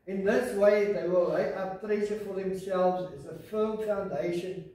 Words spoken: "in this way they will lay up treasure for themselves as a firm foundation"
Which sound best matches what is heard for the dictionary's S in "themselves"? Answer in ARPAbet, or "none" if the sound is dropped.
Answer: S